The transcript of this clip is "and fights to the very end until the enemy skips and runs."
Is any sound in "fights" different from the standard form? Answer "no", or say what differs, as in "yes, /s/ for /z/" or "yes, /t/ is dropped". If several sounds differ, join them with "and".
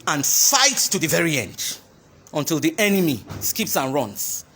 no